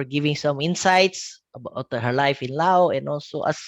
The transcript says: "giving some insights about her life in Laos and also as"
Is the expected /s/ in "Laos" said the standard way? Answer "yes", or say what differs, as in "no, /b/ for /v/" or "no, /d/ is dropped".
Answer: no, /s/ is dropped